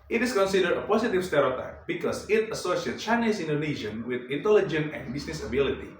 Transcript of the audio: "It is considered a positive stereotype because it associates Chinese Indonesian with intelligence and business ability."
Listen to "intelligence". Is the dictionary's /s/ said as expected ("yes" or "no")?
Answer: no